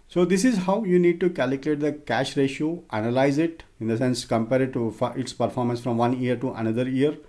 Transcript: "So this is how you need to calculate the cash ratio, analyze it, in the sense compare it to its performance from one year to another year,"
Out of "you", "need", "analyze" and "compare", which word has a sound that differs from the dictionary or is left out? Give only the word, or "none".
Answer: none